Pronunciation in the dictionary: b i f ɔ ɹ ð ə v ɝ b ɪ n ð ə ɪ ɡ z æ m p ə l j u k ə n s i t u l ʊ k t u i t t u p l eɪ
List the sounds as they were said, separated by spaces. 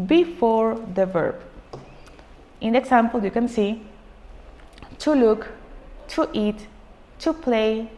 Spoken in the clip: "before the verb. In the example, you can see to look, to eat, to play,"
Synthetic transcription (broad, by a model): b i f ɔ ɹ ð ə v ɝ b ɪ n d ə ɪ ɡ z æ m p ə l j u k ə n s i t u l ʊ k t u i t t u p l eɪ